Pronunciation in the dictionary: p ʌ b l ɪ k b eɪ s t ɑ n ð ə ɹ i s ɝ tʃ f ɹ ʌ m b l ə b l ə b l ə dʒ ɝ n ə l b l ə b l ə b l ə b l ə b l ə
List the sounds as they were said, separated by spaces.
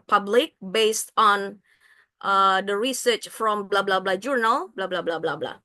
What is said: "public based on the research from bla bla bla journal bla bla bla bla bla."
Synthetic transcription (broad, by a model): p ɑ b l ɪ k b eɪ s t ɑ n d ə ɹ i s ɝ tʃ f ɹ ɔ m b l ə b l ə b l ə dʒ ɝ n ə l b l ə b l ə b l ə b l ə b l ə